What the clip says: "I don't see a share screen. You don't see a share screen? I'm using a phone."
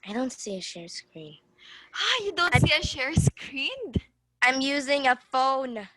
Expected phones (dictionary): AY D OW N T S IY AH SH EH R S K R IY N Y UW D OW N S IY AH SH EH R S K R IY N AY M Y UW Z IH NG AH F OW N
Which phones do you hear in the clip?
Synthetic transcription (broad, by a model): AY D OW N T S IY AH SH EH R S K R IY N Y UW D OW N S IY AH SH EH R S K R IY N AY M Y UW Z IH NG AH F OW N